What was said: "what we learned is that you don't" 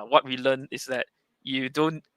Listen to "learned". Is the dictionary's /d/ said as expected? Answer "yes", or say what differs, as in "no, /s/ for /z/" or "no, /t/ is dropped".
no, /d/ is dropped